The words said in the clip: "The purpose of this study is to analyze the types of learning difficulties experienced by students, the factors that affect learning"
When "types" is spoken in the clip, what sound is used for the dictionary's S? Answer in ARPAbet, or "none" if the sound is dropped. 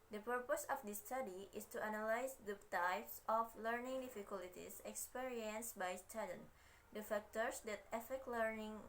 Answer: S